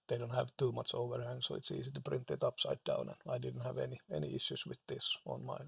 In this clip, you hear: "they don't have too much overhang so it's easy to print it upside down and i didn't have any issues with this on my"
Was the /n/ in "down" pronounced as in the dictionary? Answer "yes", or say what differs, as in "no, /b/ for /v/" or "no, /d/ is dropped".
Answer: yes